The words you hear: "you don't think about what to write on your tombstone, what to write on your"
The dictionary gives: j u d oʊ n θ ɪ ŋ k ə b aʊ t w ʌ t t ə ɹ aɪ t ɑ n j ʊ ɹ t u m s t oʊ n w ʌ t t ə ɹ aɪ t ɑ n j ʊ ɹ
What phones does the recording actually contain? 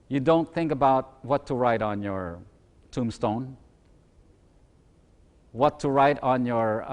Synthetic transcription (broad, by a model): j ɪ d oʊ n θ ɪ ŋ k ə b aʊ t w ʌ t t ə ɹ aɪ t n j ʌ ɹ t u m s t oʊ n w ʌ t t ə ɹ aɪ t n j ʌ ɹ